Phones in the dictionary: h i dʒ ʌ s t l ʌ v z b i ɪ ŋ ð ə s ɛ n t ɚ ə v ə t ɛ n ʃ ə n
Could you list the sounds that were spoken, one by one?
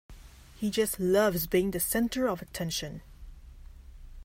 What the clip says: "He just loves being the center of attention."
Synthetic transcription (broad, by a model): h i dʒ ʌ s t l ʌ v z b i ɪ ŋ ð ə s ɛ n t ɚ ə v ə t ɛ n ʃ ə n